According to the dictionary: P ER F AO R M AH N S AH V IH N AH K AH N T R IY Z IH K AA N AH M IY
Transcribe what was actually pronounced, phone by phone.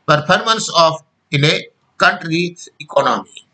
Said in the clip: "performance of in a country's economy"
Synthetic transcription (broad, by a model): P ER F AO R M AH N S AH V IH N AH K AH N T R IY IH K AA N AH M IY